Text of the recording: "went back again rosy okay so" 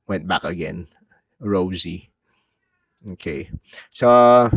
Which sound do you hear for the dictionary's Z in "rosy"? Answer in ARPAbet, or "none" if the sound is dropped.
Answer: Z